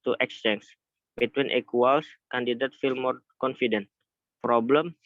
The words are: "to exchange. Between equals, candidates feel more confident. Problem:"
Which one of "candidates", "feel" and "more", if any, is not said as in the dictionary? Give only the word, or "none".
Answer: candidates